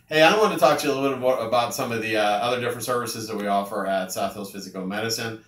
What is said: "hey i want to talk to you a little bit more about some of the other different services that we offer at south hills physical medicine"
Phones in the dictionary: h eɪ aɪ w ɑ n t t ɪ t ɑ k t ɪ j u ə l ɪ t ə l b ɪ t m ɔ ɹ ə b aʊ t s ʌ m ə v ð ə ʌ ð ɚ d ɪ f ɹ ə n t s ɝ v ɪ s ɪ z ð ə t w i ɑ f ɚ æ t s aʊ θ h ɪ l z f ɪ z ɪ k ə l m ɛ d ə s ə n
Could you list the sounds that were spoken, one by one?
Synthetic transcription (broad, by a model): h eɪ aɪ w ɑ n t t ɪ t ɑ k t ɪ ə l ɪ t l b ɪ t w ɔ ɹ ə b aʊ t s ʌ m ə v ð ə ʌ ð ɚ d ɪ f ɹ ə n t s ɝ v ɪ s ɪ z ð ə t w i ɑ f ɚ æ t s aʊ θ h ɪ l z f ɪ z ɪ k l m ɛ d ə s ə n